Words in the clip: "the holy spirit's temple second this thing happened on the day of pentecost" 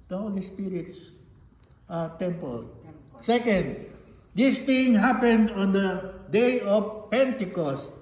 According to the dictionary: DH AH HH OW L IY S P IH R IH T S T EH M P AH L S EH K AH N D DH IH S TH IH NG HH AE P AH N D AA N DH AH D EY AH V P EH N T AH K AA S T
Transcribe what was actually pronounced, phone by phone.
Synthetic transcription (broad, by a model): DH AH HH OW L IY S P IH R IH T S T EH M P AH L S EH K AH N D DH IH S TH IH NG HH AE P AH N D AA N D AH D EY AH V P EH N T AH K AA S T